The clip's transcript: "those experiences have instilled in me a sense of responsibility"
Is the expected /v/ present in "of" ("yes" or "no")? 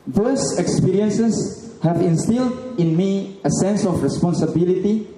no